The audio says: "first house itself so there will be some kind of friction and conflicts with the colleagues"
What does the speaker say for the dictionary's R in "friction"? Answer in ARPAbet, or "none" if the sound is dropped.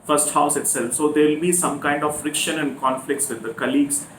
R